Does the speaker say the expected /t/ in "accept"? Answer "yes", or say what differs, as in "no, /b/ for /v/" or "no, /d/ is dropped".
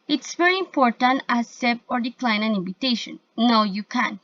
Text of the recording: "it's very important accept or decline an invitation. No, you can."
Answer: no, /t/ is dropped